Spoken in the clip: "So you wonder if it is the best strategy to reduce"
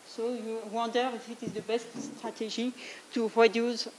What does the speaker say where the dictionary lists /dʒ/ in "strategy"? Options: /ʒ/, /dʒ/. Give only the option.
/ʒ/